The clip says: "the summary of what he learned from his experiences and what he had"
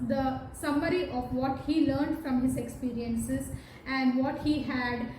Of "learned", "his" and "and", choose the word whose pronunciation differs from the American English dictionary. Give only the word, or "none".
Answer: none